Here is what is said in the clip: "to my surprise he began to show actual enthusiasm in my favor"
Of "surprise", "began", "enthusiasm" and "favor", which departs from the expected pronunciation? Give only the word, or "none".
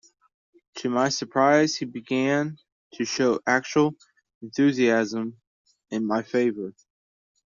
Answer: none